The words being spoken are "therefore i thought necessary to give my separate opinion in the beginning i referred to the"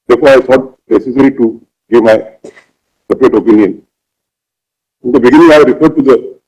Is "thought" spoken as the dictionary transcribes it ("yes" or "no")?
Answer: no